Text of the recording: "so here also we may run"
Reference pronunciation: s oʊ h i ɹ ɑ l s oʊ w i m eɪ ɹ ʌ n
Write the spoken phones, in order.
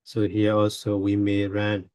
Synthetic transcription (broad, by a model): s oʊ h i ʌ ɑ l s oʊ w i m eɪ ɹ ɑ n